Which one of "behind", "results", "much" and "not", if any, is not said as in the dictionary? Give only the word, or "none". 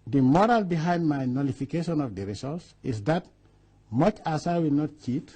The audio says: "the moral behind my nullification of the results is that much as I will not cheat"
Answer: results